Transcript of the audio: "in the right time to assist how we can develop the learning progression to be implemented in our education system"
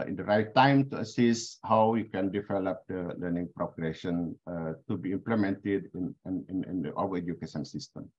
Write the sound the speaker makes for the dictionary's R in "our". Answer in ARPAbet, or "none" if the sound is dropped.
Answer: W